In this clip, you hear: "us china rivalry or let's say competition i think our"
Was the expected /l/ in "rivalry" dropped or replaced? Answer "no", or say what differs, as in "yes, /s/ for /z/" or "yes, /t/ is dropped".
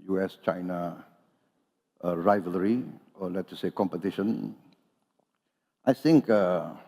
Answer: no